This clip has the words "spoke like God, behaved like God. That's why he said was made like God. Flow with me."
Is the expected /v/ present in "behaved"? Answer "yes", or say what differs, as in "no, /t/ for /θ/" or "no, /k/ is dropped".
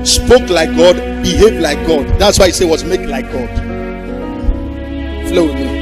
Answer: no, /v/ is dropped